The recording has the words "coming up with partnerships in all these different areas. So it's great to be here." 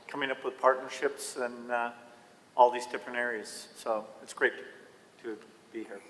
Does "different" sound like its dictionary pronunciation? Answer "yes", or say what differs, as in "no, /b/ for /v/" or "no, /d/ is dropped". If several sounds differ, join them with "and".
no, /t/ is dropped